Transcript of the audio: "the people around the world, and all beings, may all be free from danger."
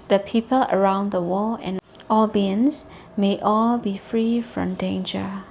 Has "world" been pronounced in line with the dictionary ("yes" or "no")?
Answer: no